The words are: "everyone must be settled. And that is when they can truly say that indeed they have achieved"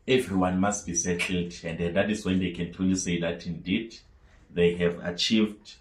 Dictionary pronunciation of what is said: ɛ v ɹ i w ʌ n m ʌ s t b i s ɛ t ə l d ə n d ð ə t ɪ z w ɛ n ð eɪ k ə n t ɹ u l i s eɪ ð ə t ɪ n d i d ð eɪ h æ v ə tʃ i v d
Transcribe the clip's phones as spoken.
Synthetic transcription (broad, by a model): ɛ v ɹ i w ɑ n m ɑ s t b i s ɛ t l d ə n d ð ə t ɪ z w ɛ n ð eɪ k ə n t u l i s eɪ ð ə t ɪ n d i d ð eɪ h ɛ v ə tʃ i v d